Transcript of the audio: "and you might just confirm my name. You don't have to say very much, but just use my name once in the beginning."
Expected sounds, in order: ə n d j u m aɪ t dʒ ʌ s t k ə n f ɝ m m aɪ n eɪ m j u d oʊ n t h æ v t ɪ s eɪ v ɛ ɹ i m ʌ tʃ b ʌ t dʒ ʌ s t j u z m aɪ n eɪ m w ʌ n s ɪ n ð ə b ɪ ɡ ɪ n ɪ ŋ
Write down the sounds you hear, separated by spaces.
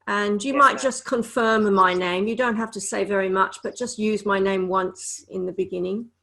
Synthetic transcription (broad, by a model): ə n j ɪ m aɪ t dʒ ʌ s k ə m f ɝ m m aɪ n eɪ m j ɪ d oʊ n t h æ f t ɪ s eɪ v ɛ ɹ i m ʌ tʃ b ʌ t dʒ ʌ s t j u z m aɪ n eɪ m w ʌ n s ɪ n ð ə b ɪ ɡ ɪ n ɪ ŋ